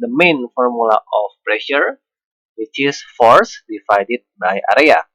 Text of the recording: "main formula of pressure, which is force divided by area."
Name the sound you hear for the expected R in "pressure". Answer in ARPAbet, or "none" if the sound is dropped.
R